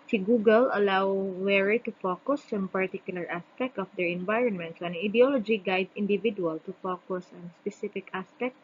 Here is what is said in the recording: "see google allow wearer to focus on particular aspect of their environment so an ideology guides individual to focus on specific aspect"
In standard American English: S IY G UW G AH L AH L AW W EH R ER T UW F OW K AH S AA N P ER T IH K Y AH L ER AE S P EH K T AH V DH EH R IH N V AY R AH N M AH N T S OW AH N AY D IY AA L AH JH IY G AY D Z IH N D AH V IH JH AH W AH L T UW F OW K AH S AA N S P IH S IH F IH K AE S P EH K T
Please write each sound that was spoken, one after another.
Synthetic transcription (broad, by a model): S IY G UW G AH L AH L AW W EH R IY T UW F OW K AH S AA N P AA T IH K Y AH L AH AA S P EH K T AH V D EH R IH N V AY R AH N M AH N T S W AH N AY D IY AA L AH JH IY G AY D IH N D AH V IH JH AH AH L T UW F OW K AH S AA N S P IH S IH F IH K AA S P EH K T